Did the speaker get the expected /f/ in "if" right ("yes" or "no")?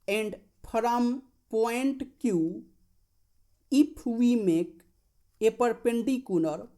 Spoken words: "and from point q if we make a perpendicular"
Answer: no